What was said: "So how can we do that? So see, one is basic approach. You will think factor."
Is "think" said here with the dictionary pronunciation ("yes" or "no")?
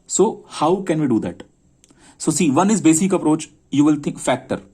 no